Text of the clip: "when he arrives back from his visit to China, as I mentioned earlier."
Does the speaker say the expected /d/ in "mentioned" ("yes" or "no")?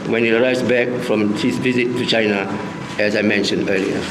yes